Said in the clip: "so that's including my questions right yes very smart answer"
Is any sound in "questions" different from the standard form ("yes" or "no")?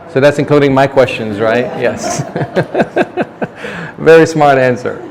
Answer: no